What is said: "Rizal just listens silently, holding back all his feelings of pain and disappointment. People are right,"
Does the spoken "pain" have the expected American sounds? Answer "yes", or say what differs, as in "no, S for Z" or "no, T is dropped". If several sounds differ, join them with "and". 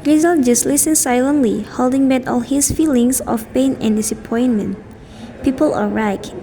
yes